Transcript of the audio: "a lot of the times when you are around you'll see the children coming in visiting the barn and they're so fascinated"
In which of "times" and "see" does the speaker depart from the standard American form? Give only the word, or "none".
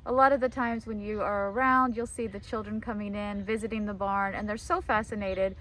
none